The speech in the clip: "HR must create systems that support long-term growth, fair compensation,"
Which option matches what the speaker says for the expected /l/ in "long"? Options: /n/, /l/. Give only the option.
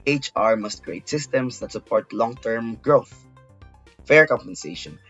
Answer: /l/